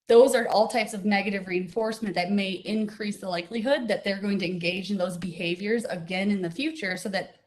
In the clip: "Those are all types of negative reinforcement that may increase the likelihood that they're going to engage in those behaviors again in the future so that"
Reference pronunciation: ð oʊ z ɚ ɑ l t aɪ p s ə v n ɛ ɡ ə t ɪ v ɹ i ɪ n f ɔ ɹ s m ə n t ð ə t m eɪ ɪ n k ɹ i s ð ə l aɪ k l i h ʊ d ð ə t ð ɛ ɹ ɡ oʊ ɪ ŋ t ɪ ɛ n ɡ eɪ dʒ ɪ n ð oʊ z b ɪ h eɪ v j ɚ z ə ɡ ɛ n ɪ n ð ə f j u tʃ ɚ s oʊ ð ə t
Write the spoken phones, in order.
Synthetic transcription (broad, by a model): ð oʊ z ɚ ɑ l t aɪ p s ə v n ɛ ɡ ə t ɪ v ɹ i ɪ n f ɔ ɹ s m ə n ð ə t m eɪ ɪ n k ɹ i s ð ə l aɪ k l i h ʊ d ð ə t ð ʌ ɹ ɡ oʊ ɪ ŋ t ɪ ɛ n ɡ eɪ dʒ ɪ n ð oʊ z b ɪ h eɪ v j ɚ z ə ɡ ɛ n ɪ n ð ə f j u tʃ ɚ s oʊ ð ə t